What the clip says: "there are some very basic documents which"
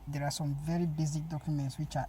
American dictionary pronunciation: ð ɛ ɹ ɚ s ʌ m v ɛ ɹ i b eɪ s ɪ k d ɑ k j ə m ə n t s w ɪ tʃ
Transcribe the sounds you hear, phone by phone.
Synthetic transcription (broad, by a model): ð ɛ ɹ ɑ s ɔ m v ɛ ɹ i b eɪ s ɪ k d ɑ k j ə m ə n t s w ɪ tʃ